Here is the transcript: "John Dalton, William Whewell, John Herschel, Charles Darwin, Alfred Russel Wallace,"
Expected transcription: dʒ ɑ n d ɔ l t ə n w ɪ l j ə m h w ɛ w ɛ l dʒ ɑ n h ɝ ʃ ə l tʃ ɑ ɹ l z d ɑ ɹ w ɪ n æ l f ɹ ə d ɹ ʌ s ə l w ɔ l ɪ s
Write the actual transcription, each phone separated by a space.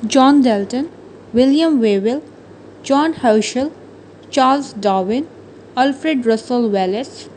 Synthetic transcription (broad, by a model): dʒ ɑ n d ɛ l t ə n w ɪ l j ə m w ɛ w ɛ l dʒ ɑ n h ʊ ʃ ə l tʃ ɑ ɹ l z d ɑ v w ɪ n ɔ l f ɹ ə d ɹ ʌ s ə l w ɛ l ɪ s